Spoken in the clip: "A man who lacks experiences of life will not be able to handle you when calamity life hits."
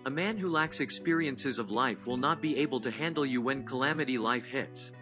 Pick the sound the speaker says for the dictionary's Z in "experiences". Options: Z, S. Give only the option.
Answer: Z